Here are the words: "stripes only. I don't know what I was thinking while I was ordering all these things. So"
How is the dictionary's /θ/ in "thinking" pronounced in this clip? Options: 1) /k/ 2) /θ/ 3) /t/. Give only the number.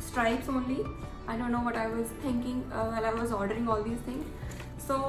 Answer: 3